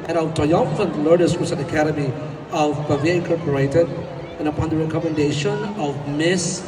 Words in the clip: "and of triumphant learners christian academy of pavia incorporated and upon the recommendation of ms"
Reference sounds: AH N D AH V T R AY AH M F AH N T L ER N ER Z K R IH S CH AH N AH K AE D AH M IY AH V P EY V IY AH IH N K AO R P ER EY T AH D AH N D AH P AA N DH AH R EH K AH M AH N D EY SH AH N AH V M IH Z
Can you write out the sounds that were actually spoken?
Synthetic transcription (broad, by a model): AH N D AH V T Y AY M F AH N L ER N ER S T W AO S AH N AH K AE D AH M IY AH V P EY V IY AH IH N K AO R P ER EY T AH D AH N AH P AA N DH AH R EH K AH M AH N D EY SH AH N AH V M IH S